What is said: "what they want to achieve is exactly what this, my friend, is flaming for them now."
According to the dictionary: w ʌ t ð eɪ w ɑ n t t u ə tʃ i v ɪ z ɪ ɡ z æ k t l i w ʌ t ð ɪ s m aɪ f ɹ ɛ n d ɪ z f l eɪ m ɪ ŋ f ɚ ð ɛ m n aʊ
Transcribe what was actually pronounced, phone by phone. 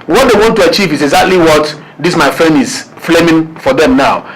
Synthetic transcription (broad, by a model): w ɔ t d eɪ w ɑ n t t u ə tʃ i v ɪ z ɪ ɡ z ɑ k t l i w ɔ t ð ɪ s m aɪ f ɹ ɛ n ɪ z f l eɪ m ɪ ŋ f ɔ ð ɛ m n aʊ